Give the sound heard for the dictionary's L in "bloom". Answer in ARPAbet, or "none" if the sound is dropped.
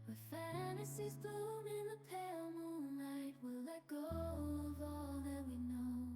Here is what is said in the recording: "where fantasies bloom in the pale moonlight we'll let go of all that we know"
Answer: none